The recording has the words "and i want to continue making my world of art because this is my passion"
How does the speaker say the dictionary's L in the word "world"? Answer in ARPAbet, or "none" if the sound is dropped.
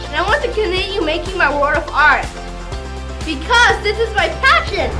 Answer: none